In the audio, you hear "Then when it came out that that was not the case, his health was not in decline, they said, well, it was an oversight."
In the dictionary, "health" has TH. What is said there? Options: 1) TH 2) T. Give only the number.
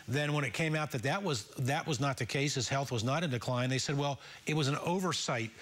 1